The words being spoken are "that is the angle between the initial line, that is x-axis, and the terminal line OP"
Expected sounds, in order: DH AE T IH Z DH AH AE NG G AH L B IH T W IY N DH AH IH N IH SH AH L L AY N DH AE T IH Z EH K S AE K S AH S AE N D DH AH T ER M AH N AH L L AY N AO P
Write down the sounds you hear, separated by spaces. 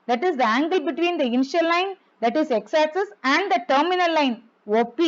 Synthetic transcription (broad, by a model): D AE T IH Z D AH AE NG G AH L B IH T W IY N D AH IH N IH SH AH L L AY N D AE T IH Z EH K S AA S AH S AE N D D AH T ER M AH N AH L L AY N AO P